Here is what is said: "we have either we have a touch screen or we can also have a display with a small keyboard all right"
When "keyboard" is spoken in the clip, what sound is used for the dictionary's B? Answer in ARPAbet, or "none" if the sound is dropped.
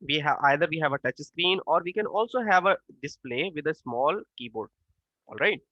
B